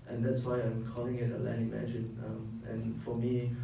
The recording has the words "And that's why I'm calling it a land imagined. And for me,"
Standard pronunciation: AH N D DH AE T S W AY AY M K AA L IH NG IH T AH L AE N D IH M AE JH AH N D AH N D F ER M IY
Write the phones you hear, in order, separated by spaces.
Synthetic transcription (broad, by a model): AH N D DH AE T S W AY AY M K AA L IH NG IH T AH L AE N IH M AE JH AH N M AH N F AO M IY